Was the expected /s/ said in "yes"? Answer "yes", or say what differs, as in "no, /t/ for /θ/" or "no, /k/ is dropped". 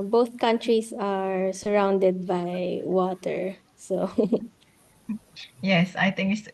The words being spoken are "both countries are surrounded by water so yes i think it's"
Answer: yes